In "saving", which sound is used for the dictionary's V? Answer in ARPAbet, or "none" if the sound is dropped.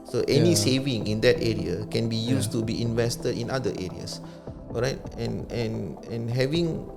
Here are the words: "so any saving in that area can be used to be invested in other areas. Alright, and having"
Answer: V